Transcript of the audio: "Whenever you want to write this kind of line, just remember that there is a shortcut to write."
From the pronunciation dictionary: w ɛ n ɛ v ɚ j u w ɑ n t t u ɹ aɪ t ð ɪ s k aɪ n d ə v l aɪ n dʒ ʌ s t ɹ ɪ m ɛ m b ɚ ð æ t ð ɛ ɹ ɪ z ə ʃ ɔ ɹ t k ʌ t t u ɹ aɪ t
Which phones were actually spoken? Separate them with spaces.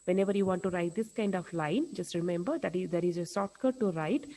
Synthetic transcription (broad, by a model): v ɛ n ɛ v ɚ j u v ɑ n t t u ɹ aɪ t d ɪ s k aɪ n d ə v l aɪ n dʒ ʌ s t ɹ ɪ m ɛ m b ɚ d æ t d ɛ ɹ ɪ z ə s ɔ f t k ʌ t t u ɹ aɪ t